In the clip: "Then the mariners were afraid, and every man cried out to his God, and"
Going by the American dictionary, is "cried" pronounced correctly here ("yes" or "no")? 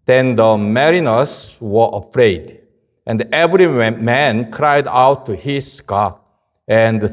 yes